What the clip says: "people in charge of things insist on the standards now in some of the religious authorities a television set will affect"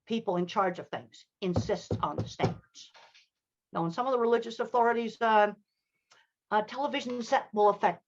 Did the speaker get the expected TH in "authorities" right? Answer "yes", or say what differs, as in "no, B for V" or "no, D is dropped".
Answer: yes